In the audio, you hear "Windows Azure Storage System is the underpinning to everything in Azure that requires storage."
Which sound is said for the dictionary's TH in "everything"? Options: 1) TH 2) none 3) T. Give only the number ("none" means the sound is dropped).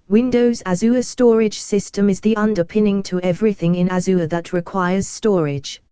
1